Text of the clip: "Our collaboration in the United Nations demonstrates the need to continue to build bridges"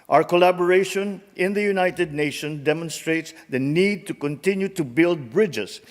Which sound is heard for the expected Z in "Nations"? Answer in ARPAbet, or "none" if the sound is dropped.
none